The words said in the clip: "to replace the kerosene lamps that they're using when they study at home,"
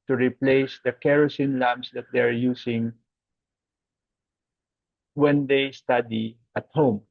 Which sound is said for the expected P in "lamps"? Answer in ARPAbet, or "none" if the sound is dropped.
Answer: none